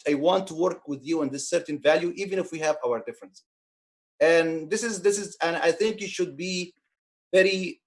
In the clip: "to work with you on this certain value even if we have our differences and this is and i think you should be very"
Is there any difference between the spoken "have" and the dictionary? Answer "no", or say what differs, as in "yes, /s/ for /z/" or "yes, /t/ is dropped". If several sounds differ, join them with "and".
no